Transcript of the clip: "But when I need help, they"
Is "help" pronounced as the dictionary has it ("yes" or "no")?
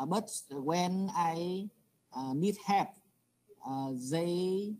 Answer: no